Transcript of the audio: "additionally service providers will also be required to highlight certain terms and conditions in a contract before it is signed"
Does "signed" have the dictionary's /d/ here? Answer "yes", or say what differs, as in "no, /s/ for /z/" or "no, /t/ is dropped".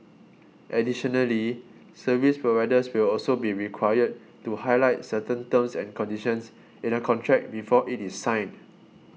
no, /d/ is dropped